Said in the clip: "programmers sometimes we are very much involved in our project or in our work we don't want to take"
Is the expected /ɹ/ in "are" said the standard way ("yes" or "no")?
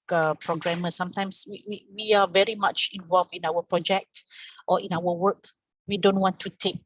no